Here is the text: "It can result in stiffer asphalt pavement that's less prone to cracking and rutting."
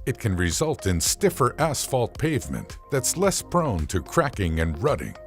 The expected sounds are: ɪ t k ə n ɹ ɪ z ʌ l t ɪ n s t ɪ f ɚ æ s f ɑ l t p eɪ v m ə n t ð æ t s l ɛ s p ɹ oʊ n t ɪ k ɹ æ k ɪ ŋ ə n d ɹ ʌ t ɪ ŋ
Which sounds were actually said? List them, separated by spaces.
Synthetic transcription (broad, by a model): ɪ t k ə n ɹ ɪ z ʌ l t ɪ n s t ɪ f ɚ æ s f ɑ l t p eɪ v m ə n ð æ t s l ɛ s p ɹ oʊ n t ɪ k ɹ æ k ɪ ŋ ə n ɹ ʌ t ɪ ŋ